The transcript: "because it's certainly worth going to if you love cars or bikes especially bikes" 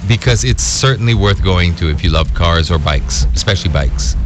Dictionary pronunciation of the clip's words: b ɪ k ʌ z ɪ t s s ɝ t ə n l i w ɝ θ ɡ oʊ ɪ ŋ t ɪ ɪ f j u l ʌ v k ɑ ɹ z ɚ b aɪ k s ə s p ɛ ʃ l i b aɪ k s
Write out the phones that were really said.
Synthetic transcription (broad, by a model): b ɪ k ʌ z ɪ t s s ɝ t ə n l i w ɝ θ ɡ oʊ ɪ ŋ t ɪ ɪ f j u l ʌ v k ɑ ɹ z ɚ b aɪ k s ə s p ɛ ʃ l i b aɪ k s